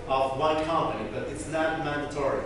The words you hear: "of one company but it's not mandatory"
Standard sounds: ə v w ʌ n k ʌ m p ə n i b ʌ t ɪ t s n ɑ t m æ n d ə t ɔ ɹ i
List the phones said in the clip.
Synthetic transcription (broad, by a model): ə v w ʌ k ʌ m ə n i b ʌ t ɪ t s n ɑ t m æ n d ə t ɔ ɹ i